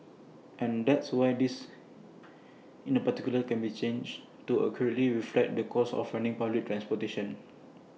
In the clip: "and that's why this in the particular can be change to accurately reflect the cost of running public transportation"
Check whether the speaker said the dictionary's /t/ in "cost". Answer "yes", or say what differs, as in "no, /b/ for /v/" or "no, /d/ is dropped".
no, /t/ is dropped